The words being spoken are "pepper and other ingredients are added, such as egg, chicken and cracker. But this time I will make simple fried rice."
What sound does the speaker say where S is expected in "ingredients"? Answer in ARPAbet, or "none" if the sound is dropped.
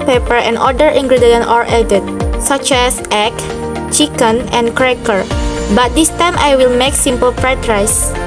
none